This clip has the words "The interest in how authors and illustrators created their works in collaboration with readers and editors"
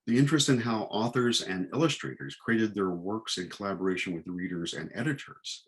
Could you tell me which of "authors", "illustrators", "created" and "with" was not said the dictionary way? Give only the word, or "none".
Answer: none